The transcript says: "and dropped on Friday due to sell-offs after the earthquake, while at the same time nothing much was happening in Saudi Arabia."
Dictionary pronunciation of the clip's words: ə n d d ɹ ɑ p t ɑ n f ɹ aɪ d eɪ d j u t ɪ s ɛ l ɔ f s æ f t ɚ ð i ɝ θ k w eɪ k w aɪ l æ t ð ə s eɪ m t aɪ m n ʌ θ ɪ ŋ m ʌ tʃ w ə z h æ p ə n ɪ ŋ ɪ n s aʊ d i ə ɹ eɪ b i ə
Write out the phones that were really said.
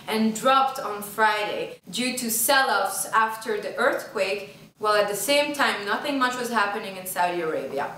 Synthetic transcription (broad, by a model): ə n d d ɹ ɑ p t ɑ n f ɹ aɪ d eɪ d j u t ɪ s ɛ l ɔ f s æ f t ɚ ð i ɝ θ k w eɪ k w aɪ l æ t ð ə s eɪ m t aɪ m n ʌ θ ɪ ŋ m ʌ tʃ w ə z h æ p ə n ɪ ŋ ɪ n s aʊ d i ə ɹ eɪ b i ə